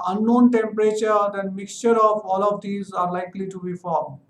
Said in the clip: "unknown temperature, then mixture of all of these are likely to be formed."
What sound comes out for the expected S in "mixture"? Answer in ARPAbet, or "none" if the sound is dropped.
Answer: S